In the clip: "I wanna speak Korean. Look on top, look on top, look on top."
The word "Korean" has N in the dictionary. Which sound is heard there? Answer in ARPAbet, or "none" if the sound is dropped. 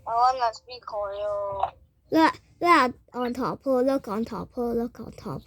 L